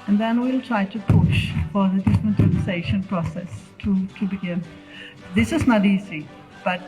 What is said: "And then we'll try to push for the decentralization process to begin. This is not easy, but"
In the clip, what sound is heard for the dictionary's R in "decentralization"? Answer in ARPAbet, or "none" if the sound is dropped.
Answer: none